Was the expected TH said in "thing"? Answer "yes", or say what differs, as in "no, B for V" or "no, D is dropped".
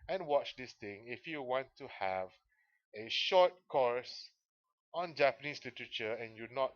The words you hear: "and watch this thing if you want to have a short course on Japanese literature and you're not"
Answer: no, T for TH